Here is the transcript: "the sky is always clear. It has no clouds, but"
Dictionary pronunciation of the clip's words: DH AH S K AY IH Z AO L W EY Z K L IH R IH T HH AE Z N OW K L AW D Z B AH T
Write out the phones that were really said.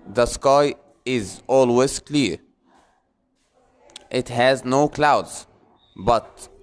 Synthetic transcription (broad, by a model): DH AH S K AY IH Z AO L W EY Z K L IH R IH T HH AE Z N OW K L AW D Z B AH T